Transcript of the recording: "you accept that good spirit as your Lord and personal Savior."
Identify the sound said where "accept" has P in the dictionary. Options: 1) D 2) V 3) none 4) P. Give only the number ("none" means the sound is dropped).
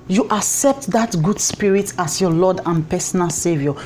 4